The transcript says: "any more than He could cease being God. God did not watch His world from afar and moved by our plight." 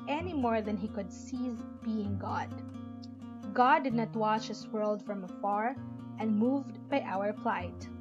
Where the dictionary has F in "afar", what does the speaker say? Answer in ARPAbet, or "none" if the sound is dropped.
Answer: F